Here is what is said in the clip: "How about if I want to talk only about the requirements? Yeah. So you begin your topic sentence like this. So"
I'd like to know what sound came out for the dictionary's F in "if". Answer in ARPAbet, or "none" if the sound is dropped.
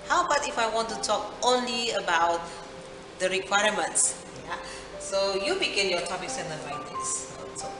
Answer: F